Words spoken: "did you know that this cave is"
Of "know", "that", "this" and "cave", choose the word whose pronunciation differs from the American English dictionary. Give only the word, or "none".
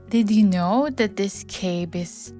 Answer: cave